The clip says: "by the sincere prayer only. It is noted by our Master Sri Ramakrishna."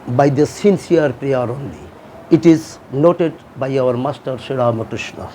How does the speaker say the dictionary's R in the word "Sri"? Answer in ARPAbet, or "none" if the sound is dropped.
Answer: none